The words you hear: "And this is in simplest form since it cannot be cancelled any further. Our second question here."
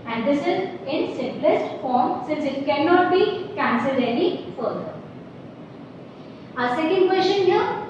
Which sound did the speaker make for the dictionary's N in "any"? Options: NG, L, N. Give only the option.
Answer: L